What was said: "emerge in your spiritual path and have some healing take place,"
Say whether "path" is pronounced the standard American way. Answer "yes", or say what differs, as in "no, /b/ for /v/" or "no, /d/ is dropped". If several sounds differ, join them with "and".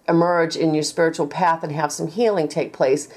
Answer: yes